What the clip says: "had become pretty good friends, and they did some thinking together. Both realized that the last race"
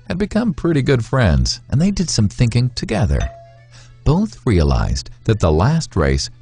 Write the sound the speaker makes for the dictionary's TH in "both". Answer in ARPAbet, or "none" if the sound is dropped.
TH